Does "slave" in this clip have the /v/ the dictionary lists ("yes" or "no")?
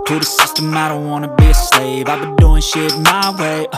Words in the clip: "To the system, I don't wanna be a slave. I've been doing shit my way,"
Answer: yes